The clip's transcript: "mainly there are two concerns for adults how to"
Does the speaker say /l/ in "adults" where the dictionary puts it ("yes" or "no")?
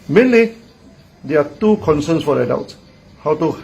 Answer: no